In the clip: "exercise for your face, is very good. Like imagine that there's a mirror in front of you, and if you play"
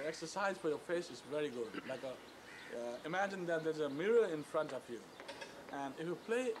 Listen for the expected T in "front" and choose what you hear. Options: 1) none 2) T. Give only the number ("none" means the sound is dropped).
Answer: 2